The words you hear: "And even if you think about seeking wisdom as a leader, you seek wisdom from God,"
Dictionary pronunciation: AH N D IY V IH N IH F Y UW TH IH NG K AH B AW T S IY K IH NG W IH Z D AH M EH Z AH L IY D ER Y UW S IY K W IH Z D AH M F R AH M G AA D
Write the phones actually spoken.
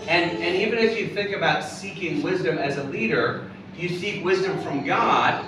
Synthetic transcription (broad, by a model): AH N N IY V IH N IH F Y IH TH IH NG K AH B AW T S IY K IH NG W IH Z D AH M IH Z AH L IY D ER Y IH S IY K W IH Z D AH M F R AH M G AA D